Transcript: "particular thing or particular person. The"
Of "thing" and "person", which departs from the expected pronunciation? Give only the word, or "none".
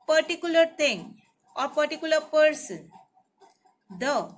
thing